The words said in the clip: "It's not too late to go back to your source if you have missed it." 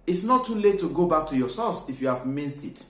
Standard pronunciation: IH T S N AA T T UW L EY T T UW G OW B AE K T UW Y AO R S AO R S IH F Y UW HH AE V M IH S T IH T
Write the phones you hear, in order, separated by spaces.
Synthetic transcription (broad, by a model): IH T S N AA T T UW L EY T T UW G OW B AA K T UW Y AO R S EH L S IH F Y UW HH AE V M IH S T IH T